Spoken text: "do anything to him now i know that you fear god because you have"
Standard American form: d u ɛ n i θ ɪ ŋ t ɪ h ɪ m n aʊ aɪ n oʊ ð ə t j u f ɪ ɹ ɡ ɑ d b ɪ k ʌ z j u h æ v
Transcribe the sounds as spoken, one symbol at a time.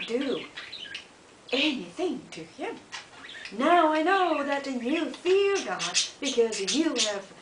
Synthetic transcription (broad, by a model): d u ɛ n i θ ɪ ŋ t ɪ h ɪ m n aʊ aɪ n oʊ ð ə t j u f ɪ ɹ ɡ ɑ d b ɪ k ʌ z j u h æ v